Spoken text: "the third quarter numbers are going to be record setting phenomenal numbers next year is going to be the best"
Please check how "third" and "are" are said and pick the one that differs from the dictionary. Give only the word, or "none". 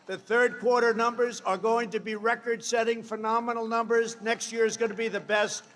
none